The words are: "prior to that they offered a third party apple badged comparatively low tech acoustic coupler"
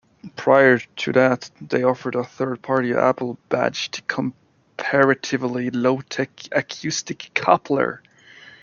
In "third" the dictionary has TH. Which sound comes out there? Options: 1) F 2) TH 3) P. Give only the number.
2